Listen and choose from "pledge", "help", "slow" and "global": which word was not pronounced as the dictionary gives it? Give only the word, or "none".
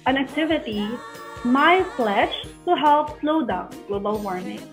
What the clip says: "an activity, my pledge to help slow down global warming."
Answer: pledge